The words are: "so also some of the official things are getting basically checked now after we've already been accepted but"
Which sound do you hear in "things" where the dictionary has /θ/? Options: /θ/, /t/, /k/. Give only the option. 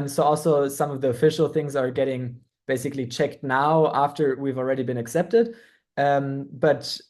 /θ/